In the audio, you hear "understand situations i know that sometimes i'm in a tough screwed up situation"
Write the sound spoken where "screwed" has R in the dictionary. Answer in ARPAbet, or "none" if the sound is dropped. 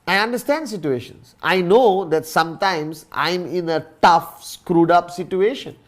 R